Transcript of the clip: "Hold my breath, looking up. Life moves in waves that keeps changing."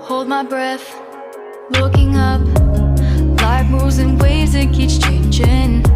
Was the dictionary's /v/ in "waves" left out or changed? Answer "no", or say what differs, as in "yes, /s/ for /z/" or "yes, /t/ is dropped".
yes, /v/ is dropped